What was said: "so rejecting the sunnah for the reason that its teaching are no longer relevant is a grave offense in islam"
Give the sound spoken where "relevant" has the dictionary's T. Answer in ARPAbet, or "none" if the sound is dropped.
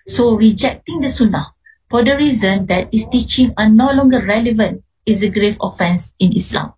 T